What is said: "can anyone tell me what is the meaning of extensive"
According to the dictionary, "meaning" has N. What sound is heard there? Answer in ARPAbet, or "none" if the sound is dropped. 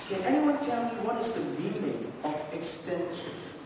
L